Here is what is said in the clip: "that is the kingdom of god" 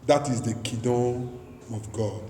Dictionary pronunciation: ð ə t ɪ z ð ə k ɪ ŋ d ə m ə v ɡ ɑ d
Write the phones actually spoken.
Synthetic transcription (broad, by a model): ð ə t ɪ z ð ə k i d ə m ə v ɡ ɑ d